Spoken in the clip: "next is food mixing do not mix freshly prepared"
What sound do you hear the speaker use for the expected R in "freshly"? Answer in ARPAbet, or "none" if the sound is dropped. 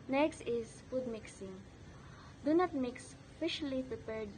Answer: none